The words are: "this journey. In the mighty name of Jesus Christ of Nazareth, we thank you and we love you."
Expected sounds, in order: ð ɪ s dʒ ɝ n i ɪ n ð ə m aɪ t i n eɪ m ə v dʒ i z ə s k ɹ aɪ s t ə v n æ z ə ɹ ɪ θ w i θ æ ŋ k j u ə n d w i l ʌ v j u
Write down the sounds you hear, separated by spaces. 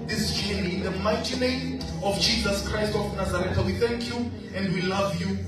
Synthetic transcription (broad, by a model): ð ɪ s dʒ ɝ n i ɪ n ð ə m aɪ t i n eɪ m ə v dʒ i z ə s k ɹ aɪ s t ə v n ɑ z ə ɹ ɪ t w i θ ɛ ŋ k j u ə n d w i l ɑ v j u